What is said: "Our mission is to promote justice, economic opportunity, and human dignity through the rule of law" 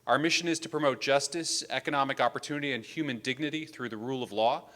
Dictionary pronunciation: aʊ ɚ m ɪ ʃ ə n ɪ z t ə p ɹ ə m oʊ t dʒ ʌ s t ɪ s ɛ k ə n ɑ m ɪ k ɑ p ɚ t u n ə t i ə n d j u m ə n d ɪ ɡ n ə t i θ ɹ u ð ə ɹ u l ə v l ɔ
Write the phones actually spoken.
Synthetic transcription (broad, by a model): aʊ ɚ m ɪ ʃ ə n ɪ z t ə p ɹ ə m oʊ t dʒ ʌ s t ɪ s ɛ k ə n ɑ m ɪ k ɑ p ɚ t u n ə t i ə n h j u m ə n d ɪ ɡ n ə t i θ ɹ u ð ə ɹ u l ə v l ɔ